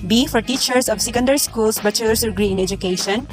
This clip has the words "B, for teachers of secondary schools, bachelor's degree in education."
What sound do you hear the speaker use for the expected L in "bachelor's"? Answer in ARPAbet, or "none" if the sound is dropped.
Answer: none